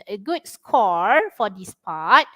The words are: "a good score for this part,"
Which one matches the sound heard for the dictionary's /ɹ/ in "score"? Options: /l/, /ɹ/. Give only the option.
/ɹ/